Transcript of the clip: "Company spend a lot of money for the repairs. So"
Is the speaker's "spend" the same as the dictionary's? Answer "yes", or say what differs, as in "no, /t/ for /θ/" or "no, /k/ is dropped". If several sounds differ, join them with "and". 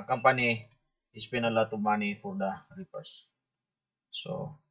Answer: no, /d/ is dropped